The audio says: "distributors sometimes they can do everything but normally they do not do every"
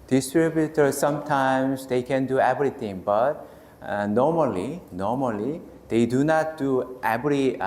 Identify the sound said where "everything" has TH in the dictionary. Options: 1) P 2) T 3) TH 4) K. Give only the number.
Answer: 2